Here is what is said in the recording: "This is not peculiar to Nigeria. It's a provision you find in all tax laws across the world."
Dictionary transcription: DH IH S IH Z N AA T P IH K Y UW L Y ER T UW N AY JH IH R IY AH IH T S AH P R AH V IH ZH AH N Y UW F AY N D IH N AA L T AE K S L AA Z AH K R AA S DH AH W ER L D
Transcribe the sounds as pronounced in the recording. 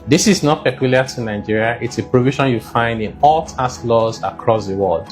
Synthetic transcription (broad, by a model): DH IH S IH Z N AA T P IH K Y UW L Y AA T UW N AY JH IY R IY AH IH T S AH P R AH V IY SH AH N Y UW F AY N D IH N AA L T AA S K L AA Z AH K R AA S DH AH W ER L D